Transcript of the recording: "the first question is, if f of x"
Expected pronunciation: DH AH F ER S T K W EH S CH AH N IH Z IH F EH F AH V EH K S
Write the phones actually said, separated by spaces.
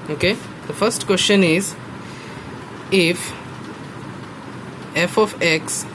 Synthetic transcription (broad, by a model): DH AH F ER S T K W EH S CH AH N IH Z IH F EH F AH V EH K S